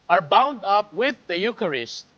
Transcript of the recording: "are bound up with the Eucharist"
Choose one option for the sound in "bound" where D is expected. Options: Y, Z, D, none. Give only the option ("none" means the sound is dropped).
D